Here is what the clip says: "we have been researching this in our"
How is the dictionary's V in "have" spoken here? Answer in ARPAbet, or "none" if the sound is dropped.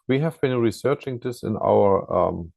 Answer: V